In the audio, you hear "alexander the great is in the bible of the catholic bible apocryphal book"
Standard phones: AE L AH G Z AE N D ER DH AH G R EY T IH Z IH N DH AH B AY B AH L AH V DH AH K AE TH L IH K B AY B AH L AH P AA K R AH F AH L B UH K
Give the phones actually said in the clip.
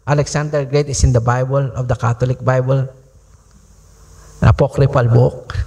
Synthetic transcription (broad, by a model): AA L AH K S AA N D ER G R EY T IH S IH N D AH B AY B AH L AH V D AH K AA T L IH K B AY B AH L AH P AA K R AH P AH L B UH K